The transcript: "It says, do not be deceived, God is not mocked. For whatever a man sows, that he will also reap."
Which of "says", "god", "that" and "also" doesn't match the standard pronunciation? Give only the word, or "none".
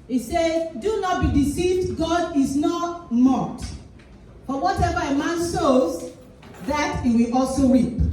says